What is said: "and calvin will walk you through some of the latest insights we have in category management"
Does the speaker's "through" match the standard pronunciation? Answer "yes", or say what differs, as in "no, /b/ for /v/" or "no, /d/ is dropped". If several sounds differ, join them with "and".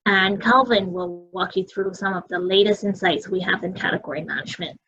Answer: yes